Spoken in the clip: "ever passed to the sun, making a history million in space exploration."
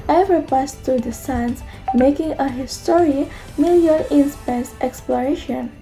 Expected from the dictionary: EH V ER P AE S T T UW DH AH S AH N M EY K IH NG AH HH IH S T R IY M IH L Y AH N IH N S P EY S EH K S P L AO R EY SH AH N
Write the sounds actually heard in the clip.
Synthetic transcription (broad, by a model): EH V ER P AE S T T UW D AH S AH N M EY K IH NG AH HH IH S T R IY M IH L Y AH L IH N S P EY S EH K S P L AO R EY SH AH N